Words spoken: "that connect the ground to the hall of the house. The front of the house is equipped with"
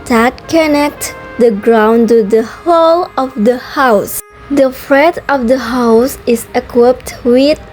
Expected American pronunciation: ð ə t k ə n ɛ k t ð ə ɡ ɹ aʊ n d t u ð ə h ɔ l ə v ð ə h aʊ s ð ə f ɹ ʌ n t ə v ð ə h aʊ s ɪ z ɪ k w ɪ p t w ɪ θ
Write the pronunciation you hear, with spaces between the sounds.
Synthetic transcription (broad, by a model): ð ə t k ə n ɛ k t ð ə ɡ ɹ aʊ n t u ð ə h ɔ l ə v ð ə h aʊ s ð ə f ɹ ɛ t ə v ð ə h aʊ s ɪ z ɪ k w ɪ p t w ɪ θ